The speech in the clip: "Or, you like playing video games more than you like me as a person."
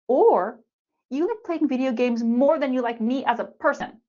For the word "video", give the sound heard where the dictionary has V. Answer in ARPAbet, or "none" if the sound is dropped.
V